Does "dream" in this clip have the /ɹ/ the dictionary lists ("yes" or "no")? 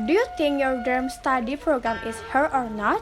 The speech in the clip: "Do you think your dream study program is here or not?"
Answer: no